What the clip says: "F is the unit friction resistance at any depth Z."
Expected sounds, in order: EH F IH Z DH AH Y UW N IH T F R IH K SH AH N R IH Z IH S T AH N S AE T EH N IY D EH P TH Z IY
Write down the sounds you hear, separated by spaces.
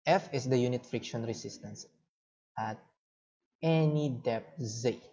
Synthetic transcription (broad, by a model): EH F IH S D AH Y UW N IH T F R IH K SH AH N R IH S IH S T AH N S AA T EH N IY D EH P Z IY